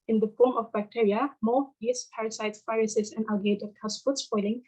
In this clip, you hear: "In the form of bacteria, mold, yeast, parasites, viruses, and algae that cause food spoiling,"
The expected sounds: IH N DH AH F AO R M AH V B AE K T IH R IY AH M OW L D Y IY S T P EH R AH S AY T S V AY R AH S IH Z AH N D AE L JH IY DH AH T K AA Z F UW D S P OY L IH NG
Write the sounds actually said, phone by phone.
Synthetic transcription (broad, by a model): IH N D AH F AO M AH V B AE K T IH R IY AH M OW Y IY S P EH R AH S AY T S F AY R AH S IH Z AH N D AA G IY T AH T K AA S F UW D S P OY L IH NG